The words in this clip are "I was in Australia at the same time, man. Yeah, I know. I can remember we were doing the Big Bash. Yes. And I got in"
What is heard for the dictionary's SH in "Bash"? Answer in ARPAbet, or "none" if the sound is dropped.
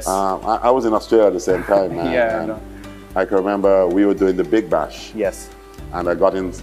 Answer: SH